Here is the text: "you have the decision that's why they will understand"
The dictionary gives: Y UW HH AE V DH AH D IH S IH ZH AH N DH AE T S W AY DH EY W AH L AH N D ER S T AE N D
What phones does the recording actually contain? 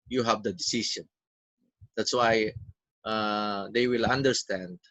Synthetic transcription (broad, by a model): Y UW HH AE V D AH D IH S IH SH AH N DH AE T S W AY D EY W AH L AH N D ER S T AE N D